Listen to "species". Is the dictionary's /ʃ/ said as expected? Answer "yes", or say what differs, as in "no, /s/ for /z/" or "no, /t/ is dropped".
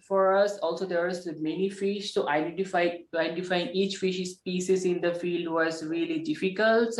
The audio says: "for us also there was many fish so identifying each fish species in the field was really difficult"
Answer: no, /s/ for /ʃ/